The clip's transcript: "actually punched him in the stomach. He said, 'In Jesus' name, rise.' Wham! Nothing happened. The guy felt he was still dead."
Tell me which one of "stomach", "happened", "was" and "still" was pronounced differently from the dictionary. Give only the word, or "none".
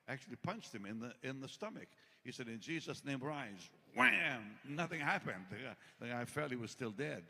none